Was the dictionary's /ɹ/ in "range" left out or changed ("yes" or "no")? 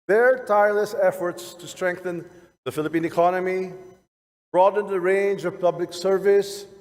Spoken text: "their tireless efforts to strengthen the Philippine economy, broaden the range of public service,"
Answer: no